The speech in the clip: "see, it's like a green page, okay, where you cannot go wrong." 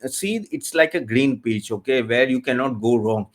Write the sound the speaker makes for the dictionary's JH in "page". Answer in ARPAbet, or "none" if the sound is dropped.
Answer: CH